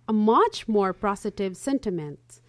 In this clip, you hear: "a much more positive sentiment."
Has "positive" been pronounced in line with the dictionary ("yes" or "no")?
no